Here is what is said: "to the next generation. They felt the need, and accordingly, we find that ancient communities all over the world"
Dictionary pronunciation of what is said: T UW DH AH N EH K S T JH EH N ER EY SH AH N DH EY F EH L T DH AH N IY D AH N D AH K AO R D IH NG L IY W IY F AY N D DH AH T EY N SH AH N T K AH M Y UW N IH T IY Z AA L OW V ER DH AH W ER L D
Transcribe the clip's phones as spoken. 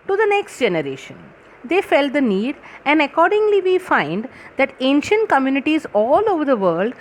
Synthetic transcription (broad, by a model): T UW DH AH N EH K S T JH EH N ER EY SH AH N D EY F EH L T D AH N IY D AH N D AH K AO R D IH NG L IY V IY F AY N D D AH T EY N SH AH N T K AH M Y UW N IH T IY Z AA L OW V ER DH AH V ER L D